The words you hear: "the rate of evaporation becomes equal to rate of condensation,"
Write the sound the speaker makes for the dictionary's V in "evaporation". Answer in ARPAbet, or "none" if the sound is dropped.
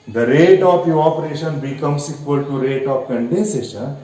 none